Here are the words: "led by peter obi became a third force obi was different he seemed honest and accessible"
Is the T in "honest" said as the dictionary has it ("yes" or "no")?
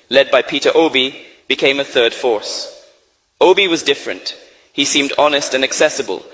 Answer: yes